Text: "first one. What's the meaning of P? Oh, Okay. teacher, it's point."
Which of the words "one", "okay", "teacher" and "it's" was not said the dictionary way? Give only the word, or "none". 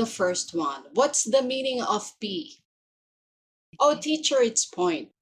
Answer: okay